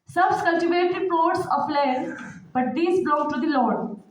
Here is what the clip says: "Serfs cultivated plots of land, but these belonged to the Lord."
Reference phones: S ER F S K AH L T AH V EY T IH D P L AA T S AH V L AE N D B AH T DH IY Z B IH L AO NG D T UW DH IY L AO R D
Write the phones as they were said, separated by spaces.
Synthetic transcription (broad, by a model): S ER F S K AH L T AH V EY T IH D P AA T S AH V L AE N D B AH T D IY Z B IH L AO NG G T UW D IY L AO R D